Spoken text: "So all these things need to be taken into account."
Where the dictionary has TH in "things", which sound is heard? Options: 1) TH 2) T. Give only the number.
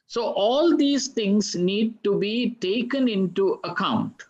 2